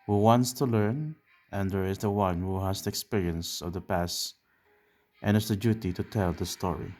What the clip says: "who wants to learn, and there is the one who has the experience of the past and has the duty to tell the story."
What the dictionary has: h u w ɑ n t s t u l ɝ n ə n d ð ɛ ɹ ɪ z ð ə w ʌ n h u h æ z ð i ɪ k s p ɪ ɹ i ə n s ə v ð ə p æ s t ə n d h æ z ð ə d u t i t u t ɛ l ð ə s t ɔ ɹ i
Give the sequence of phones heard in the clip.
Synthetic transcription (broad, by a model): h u w ɑ n t s t u l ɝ n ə n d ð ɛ ɹ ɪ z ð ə w ʌ n h u h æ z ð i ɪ k s p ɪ ɹ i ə n s ə v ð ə p æ s t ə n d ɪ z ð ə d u t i t u t ɛ l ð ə s t ɔ ɹ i